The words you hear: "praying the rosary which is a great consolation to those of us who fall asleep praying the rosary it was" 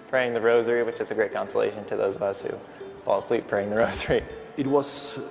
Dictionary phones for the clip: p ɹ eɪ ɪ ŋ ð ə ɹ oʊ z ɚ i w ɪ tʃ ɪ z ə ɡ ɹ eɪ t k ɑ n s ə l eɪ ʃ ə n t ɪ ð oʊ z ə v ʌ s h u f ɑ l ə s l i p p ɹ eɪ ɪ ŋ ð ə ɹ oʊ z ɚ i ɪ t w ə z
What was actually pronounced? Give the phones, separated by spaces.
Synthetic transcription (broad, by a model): p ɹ eɪ ɪ ŋ ð ə ɹ oʊ z ɚ i w ɪ tʃ ɪ z ə ɡ ɹ eɪ t k ɑ n s ə l eɪ ʃ ə n t ɪ ð oʊ z ə v ʌ s h u f ɑ l s l i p p ɹ eɪ ɪ ŋ ð ə ɹ oʊ z ɚ i ɪ t w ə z